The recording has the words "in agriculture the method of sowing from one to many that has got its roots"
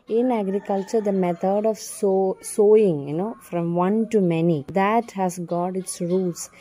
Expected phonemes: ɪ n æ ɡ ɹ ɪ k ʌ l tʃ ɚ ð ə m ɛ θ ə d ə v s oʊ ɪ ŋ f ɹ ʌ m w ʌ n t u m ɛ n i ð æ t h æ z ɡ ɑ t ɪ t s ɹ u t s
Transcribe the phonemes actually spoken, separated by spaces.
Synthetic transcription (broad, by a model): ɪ n æ ɡ ɹ ɪ k ʌ l tʃ ɚ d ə m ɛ t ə d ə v s oʊ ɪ ŋ f ɹ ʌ m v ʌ n t u m ɛ n i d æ t h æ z ɡ ɑ t ɪ t s ɹ u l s